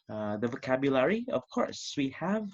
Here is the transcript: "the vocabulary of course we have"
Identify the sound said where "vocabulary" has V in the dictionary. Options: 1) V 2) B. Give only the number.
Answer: 1